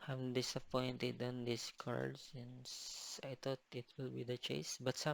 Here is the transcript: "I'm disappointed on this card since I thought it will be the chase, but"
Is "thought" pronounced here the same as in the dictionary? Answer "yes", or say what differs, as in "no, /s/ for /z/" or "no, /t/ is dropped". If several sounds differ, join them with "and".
no, /t/ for /θ/